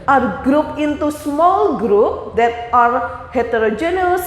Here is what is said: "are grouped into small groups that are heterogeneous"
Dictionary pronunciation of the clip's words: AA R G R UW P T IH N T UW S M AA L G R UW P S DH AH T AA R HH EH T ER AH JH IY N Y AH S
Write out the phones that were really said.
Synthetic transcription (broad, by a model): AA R G R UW P IH N T UW S M AA L G R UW P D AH T AA R HH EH T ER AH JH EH N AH S